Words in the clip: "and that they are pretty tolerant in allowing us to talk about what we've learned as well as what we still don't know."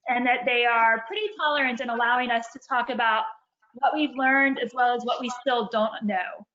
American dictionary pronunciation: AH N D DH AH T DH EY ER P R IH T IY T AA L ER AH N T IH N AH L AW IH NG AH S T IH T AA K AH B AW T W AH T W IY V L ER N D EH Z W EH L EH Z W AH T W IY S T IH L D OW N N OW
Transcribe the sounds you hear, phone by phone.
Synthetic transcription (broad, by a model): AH N DH AH T DH EY ER P R IH T IY T AA L ER AH N T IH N AH L AW IH NG AH S T IH T AA K AH B AW T W AH T W IY V L ER N D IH Z W EH L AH Z W AH T W IY S T IH L D OW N N OW